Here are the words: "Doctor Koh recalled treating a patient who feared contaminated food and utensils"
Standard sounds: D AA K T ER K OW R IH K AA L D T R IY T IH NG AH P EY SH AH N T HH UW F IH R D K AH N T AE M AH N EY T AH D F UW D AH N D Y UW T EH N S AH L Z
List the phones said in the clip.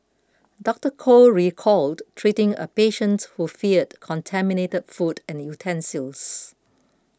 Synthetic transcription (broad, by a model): D AA K T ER K OW R IH K AA L D T R IY T IH NG AH P EY SH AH N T HH UW F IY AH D K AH N T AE M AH N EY T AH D F UW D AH N Y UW T EH N S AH L S